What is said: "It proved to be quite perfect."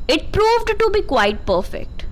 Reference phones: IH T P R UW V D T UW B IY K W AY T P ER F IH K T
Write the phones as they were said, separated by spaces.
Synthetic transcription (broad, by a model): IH T P R UW V D T UW B IY K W AY T P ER F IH K T